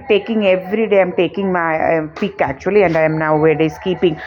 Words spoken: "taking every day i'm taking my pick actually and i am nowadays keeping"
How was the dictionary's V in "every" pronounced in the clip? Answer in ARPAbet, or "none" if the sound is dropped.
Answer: V